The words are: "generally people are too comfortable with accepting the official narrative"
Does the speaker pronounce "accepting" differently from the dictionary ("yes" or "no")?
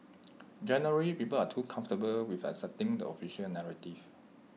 yes